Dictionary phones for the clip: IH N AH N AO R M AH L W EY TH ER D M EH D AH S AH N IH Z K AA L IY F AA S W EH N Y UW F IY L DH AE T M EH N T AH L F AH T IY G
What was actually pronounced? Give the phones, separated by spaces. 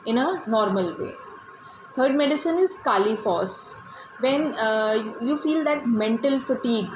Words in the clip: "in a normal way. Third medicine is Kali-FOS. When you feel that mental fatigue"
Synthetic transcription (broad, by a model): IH N AH N AO R M AH L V EY T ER D M EH D AH S AH N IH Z K AA L IY F AA S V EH N Y UW F IY L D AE T M EH N T AH L F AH T IY G